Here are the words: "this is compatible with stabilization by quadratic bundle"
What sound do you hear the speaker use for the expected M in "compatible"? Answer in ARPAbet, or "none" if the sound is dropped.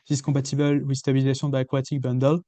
none